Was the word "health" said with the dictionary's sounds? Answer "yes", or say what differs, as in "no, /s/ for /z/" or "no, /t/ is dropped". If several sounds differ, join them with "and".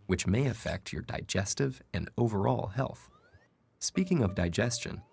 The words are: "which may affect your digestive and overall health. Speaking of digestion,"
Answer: yes